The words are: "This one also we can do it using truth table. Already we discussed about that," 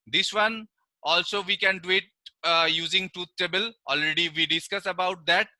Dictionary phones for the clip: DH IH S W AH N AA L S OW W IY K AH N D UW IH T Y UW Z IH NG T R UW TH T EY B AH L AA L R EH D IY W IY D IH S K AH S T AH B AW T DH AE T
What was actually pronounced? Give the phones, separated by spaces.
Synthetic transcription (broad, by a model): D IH S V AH N AA L S OW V IY K AH N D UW IH T Y UW Z IH NG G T UW T T EY B AH L AA L R EH D IY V IY D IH S K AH S AH B AW T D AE T